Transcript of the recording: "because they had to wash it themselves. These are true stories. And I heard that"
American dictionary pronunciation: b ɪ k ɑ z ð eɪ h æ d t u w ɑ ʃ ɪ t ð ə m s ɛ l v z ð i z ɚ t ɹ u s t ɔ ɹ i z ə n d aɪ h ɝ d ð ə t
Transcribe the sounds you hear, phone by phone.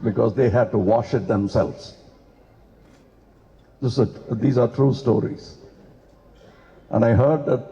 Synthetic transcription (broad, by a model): b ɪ k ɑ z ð eɪ h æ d t u w ɑ ʃ ɪ t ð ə m s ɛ l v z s i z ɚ t ɹ u s t ɔ ɹ i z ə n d aɪ h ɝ d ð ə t